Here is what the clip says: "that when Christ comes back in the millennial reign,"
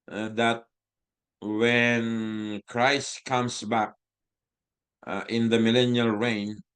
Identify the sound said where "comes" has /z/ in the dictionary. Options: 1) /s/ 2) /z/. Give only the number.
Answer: 1